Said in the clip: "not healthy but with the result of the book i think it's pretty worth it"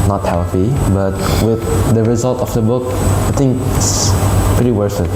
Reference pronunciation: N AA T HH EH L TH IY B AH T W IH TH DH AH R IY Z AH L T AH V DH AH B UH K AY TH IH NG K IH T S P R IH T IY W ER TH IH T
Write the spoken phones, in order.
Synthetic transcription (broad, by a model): N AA T HH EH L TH IY B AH T W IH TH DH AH R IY Z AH L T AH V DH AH B UH K AY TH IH NG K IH S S P R IH T IY W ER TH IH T